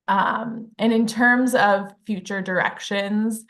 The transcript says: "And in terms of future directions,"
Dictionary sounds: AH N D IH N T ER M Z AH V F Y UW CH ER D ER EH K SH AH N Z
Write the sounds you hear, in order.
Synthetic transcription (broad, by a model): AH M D IH N T ER M Z AH V F Y UW CH ER D ER EH K SH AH N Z